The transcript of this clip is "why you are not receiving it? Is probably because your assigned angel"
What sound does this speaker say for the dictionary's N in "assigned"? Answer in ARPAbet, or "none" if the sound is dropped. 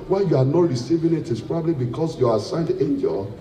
N